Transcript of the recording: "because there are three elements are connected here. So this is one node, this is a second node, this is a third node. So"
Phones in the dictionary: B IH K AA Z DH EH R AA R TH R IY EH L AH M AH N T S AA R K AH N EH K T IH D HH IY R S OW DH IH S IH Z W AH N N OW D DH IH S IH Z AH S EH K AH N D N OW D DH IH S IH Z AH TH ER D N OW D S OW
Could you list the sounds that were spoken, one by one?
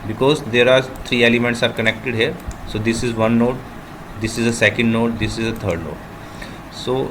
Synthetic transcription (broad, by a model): B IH K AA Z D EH R AA R T R IY EH L AH M AH N T S AA R K AH N EH K T IH D HH IY R S OW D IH S IH Z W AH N N OW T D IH S IH Z AH S EH K AH N D N OW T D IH S IH Z AH T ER D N OW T S OW